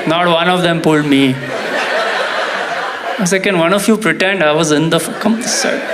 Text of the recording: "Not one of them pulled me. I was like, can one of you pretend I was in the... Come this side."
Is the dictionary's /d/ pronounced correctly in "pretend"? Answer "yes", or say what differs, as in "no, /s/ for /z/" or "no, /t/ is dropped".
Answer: yes